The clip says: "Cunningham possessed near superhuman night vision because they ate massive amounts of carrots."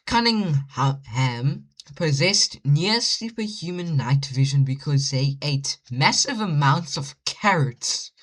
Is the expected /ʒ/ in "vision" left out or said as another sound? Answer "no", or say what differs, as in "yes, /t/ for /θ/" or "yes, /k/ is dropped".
no